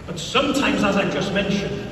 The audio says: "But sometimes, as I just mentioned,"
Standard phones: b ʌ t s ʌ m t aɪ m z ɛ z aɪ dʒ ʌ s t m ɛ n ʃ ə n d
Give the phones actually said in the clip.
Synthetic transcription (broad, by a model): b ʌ t s ʌ m t aɪ m z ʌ z aɪ dʒ ʌ s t m ɛ n ʃ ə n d